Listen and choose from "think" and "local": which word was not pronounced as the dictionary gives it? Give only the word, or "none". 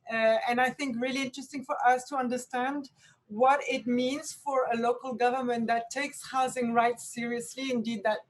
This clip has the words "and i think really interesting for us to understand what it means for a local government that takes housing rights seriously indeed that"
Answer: none